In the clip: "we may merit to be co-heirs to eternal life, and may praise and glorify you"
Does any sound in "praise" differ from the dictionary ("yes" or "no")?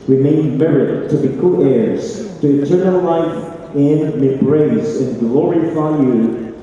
yes